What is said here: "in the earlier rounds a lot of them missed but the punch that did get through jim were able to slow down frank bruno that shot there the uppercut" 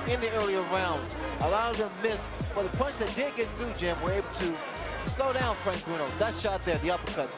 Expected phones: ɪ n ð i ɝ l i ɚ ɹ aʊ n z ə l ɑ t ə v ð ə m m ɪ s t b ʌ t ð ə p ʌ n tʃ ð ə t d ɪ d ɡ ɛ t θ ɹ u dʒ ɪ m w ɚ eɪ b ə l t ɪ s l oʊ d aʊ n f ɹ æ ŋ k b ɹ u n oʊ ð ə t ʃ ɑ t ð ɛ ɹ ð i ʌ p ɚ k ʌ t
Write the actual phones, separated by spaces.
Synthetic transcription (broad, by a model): ɪ n ð i ɝ l i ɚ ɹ aʊ n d ə l ɑ t ə v ð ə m m ɪ s b ʌ t ð ə p ʌ n tʃ ð ə t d ɪ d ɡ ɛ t θ ɹ u dʒ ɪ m w ɚ eɪ b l t ɪ s l oʊ d aʊ n f ɹ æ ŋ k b ɹ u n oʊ ð ə t ʃ ɑ t ð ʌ ɹ ð i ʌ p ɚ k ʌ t